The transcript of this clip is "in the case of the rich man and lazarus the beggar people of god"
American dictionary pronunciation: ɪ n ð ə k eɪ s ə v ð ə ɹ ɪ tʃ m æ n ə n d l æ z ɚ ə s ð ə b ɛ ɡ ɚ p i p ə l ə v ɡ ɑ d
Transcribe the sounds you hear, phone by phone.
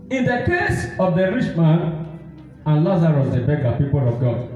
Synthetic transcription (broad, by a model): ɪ n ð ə k eɪ s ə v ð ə ɹ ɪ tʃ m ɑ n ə n l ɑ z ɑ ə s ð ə b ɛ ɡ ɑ p i p ə l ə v ɡ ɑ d